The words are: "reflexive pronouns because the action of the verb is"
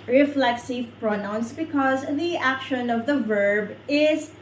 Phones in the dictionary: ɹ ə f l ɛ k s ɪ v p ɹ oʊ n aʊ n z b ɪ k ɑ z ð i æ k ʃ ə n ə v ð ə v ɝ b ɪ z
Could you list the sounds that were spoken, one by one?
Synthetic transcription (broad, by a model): ɹ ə f l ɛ k s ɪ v p ɹ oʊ n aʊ n s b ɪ k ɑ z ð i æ k ʃ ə n ə v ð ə v ɝ b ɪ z